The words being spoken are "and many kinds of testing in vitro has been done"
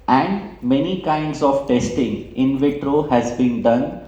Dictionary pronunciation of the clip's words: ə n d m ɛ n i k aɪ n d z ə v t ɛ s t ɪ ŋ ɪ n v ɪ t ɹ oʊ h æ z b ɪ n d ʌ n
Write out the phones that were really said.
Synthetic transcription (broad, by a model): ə n d m ɛ n i k aɪ n d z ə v t ɛ s t ɪ ŋ ɪ n v ɪ t ɹ oʊ h æ z b ɪ n d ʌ n